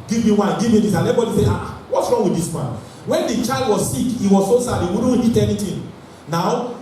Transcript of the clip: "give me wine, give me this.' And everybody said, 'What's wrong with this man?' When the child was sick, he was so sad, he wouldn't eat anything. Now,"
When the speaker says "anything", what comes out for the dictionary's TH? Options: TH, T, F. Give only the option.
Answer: T